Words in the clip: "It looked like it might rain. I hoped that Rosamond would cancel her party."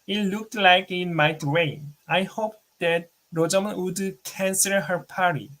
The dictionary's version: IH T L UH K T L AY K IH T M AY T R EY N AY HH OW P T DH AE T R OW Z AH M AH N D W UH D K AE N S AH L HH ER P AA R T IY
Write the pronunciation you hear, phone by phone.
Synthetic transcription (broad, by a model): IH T L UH K T L AY K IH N M AY T W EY AY HH OW P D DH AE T R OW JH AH M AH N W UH D K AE N S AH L HH ER P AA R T IY